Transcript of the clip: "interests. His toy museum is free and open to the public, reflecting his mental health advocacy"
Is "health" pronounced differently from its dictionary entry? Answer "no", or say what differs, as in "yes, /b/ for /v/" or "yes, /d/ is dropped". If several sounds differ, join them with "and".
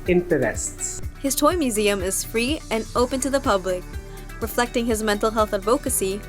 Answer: no